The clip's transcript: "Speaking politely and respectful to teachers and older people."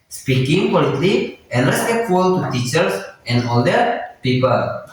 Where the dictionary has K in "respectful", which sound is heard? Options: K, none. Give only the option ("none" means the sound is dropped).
none